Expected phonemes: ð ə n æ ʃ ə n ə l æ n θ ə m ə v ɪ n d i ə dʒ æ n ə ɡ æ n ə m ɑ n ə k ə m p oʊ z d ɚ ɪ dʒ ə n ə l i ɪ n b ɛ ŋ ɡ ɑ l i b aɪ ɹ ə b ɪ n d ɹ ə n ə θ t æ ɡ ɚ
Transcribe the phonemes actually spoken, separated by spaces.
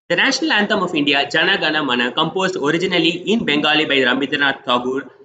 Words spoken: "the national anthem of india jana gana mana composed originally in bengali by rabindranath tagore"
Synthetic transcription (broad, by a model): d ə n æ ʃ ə n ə l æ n t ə m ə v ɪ n d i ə dʒ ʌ n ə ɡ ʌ n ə m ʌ n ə k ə m p oʊ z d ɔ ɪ dʒ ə n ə l i ɪ n b ɛ ŋ ɡ ɑ l i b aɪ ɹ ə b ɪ d ə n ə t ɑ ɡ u